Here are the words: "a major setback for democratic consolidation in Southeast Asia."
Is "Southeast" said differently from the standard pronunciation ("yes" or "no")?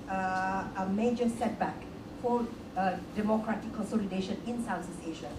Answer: yes